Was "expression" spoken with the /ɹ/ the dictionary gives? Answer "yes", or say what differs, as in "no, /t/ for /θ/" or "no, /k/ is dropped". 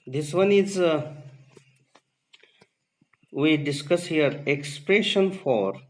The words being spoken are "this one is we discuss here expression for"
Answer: yes